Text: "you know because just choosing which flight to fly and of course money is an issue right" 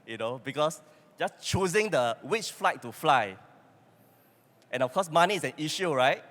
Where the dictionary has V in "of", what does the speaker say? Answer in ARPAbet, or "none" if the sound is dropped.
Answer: F